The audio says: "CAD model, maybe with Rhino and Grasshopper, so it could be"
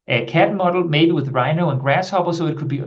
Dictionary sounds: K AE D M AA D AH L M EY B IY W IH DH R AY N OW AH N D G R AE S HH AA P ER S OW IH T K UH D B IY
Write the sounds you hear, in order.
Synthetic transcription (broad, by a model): K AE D M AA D L M EY B IY W IH DH R AY N OW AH N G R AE S HH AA B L S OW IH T K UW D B IY